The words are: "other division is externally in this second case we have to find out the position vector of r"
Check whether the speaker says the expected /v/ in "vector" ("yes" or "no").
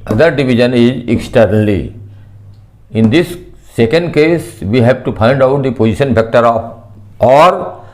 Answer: no